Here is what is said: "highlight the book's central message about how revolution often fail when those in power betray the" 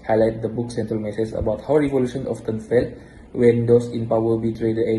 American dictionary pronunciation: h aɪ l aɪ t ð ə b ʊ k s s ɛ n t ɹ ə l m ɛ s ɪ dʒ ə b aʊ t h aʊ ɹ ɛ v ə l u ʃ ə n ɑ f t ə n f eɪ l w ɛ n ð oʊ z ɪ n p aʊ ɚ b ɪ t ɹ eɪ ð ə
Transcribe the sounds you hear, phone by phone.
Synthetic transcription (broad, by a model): h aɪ l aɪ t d ə b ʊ k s s ɛ n t ɹ ə l m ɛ s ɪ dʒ ə b aʊ t h aʊ ɹ ɛ v ə l u ʃ ə n ɑ f t ə n f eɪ l w ɛ n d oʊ s ɪ n p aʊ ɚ b ɪ t ɹ eɪ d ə